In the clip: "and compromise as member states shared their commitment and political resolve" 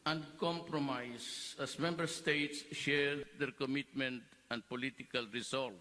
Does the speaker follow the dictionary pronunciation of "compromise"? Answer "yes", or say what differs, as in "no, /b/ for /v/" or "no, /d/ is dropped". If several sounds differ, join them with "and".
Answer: no, /s/ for /z/